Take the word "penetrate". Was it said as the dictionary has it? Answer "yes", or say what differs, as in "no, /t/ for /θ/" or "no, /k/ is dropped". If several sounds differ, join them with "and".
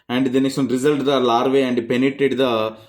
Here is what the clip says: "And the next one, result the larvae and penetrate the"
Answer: no, /ɹ/ is dropped